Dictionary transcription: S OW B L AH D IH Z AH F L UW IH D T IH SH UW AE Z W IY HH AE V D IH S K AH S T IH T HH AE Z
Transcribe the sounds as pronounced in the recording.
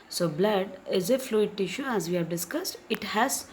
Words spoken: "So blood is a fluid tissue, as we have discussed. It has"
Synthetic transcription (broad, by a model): S OW B L AH D IH Z AH F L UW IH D T IH SH UW AE Z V IY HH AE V D IH S K AH S T IH T HH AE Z